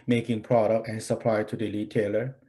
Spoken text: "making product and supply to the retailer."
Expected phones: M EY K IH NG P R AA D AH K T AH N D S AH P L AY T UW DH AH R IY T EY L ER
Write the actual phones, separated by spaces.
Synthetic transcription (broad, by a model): M EY K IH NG P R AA D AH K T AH N S AH P L AY T UW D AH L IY T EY L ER